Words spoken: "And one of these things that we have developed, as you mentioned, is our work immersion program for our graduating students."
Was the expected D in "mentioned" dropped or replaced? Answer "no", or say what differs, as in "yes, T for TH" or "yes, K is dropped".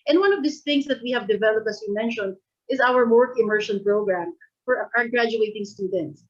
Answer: no